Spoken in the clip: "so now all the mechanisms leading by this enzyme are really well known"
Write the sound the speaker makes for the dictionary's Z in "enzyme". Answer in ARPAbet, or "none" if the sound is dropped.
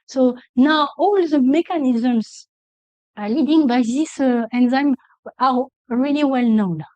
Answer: Z